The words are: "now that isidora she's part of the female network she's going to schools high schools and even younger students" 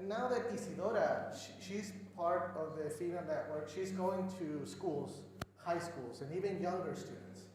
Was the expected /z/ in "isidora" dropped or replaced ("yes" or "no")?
yes